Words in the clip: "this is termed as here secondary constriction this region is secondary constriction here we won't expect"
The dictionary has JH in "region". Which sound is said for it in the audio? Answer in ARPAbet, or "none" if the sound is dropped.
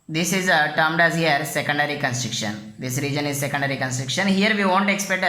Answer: JH